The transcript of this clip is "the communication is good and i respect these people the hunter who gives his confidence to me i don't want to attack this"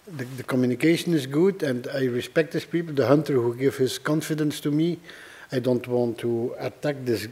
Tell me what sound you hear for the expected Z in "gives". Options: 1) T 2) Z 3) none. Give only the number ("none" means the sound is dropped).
3